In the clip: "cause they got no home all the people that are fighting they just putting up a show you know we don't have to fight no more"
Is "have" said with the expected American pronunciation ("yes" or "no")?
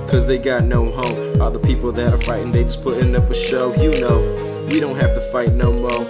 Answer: no